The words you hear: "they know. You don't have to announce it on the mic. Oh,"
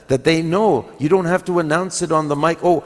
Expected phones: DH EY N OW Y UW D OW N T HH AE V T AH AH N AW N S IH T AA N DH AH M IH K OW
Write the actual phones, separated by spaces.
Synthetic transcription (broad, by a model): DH EY N OW Y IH D OW N T HH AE F T AH AH N AW N S IH T N DH AH M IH K OW